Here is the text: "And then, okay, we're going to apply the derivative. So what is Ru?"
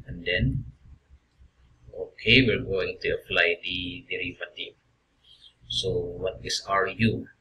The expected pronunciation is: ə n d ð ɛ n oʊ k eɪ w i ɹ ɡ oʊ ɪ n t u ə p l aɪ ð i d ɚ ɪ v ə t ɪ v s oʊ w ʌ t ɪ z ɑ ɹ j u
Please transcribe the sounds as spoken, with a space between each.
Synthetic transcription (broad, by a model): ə n d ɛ n oʊ k eɪ w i l ɡ oʊ ɪ n t u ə f l aɪ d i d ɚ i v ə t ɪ s oʊ w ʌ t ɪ s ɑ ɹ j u